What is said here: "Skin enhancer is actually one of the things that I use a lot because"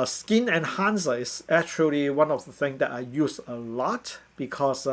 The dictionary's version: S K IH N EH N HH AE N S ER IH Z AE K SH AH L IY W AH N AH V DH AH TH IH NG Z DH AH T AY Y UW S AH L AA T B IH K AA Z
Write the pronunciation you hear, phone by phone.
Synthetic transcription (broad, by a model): S K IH N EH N HH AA N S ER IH S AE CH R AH L IY W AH N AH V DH AH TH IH NG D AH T AY Y UW S AH L AA T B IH K AA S